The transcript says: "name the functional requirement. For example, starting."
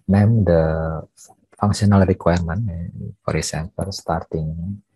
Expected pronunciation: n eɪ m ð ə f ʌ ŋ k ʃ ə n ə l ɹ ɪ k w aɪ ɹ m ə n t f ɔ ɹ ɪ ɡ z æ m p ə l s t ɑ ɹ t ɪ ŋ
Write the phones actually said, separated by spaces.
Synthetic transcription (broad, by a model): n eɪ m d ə f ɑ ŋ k s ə n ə l ɹ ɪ k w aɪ ɹ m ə n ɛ f ɔ ɹ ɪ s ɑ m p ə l s t ɑ ɹ t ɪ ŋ